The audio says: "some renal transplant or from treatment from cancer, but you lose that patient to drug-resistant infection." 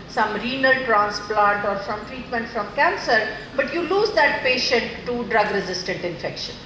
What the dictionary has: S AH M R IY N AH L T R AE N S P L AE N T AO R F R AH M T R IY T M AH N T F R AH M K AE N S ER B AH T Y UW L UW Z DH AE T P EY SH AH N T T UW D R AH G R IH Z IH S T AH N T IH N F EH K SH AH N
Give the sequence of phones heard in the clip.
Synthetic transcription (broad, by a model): S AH M R IY N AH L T R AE N S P L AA N T AO R F R AH M T R IY T M AH N T F R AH M K AE N S ER B AH T Y UW L UW Z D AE T P EY SH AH N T T UW D R AH G R IH Z IH S T AH N T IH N F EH K SH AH N